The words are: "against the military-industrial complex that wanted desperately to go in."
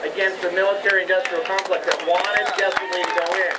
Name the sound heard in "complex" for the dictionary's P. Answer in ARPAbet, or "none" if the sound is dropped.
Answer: F